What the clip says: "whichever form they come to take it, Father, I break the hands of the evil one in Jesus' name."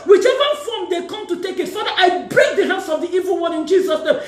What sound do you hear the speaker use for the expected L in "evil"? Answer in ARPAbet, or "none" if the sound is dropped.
L